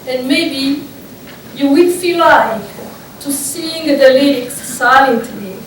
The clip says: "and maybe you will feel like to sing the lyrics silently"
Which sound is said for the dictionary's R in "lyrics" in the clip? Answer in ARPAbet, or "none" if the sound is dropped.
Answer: L